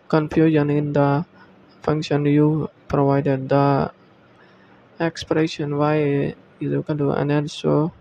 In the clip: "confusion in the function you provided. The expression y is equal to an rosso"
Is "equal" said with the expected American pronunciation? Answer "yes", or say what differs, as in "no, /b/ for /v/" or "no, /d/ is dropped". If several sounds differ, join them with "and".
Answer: no, /n/ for /l/